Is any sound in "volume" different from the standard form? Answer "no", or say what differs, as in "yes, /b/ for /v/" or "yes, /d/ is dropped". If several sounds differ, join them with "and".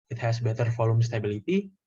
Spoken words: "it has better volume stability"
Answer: yes, /f/ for /v/